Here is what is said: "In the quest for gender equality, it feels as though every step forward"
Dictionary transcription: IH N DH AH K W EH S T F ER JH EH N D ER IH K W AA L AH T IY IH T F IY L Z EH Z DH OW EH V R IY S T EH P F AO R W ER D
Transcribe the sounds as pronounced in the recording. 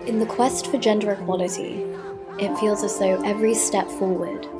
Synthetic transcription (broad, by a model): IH N DH AH K W EH S T F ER JH EH N D ER IH K W AA L AH T IY IH T F IY L Z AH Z DH OW EH V R IY S T EH P F AO W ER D